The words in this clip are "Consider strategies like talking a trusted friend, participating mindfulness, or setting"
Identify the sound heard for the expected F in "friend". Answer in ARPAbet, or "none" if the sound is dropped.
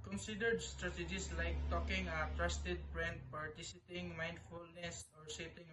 P